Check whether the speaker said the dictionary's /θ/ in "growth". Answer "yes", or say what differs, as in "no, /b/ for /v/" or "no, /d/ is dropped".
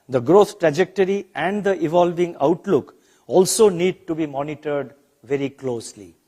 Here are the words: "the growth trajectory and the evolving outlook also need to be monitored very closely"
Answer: no, /t/ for /θ/